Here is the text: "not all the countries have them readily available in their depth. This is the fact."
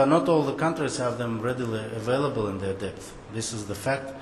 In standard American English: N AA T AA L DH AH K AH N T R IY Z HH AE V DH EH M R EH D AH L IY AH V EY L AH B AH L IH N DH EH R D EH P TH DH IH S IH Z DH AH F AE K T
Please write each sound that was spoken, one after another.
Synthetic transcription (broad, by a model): N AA T AA L DH AH K AH N T R IY Z HH AE V DH EH M R EH D AH L IY AH V EY L AH B AH L IH N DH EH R D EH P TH DH IH S IH Z DH AH F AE K T